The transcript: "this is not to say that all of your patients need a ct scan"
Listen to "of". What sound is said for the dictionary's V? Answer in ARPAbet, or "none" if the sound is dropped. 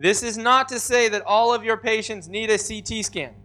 V